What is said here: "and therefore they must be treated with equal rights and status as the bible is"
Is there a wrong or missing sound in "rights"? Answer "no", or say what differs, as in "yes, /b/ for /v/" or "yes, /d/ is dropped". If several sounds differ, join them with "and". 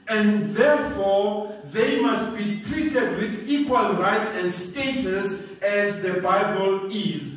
no